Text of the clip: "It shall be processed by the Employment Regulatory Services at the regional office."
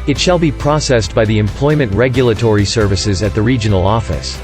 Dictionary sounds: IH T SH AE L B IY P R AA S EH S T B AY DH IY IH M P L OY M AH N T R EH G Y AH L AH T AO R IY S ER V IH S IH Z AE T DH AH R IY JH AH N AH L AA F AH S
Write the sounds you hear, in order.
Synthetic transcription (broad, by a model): IH T SH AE L B IY P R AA S EH S B AY DH IY IH M P L OY M AH N T R EH G Y AH L AH T AO R IY S ER V IH S IH Z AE T DH AH R IY JH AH N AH L AA F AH S